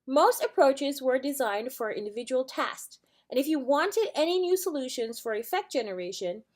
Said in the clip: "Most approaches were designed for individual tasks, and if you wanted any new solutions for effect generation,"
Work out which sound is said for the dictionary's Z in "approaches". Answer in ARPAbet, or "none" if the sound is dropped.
Z